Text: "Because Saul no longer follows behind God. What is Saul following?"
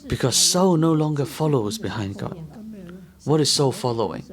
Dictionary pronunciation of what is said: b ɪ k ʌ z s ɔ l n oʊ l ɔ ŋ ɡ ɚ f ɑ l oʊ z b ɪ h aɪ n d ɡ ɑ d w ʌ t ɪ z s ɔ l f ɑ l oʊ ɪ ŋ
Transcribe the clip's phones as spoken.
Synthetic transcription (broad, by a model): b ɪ k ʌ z s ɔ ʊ n oʊ l ɔ ŋ ɡ ɚ f ɑ l oʊ z b ɪ h aɪ n d ɡ ɑ d w ʌ t ɪ z s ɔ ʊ f ɑ l oʊ ɪ ŋ